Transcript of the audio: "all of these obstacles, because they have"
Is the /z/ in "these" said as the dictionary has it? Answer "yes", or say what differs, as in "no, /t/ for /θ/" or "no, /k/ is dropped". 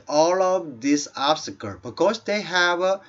no, /s/ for /z/